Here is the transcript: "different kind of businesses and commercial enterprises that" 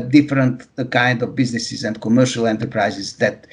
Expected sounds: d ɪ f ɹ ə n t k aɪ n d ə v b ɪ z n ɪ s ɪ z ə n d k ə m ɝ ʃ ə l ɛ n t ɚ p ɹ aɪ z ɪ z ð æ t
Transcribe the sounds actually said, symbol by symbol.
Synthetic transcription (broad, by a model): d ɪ f ɹ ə n t k aɪ n d ə v b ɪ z n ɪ s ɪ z ə n d k ə m ɝ ʃ ə l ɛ n t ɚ p ɹ aɪ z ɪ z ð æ t